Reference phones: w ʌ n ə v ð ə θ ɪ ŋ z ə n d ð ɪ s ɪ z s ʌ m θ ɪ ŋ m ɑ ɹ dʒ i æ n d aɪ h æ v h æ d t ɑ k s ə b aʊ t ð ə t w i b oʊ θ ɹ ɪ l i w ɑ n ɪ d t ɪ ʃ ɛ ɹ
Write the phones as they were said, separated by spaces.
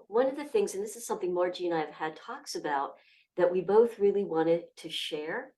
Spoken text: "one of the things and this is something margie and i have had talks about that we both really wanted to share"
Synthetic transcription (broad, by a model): w ʌ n ə v ð ə θ ɪ ŋ z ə n ð ɪ s ɪ z s ʌ m θ ɪ ŋ m ɑ ɹ dʒ i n aɪ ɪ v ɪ d t ɑ k s ə b aʊ t ð ə t w i b oʊ θ ɹ ɪ l i w ɑ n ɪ d t ɪ ʃ ɛ ɹ